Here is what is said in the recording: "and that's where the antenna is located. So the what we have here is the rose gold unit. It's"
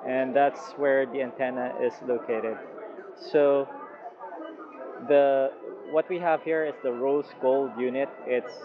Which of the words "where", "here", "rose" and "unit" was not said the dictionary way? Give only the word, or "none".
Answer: rose